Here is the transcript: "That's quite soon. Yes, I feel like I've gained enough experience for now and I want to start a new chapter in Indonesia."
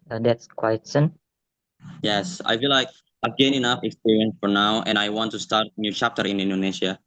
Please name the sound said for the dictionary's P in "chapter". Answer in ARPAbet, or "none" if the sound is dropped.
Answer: P